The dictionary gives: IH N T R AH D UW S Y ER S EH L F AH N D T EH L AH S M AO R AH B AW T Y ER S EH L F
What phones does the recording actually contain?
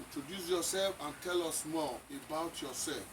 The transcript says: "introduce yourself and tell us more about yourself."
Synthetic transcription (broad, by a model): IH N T R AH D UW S Y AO S EH L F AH N T EH L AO S M AO L AH B AW T Y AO S EH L F